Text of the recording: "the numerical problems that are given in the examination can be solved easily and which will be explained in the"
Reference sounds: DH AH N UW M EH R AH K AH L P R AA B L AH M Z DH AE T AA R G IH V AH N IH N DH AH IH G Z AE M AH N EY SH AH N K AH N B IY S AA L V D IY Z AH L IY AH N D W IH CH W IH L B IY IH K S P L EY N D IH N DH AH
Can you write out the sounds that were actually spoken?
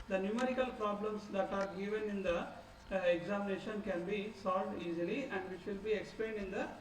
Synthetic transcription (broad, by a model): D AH N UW M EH R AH K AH L P R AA B L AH M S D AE T AA R G IH V AH N IH N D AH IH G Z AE M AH N EY SH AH N K AH N B IY S AA L V D IY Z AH L IY AH N D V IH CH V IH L B IY IH K S P L EY N D IH N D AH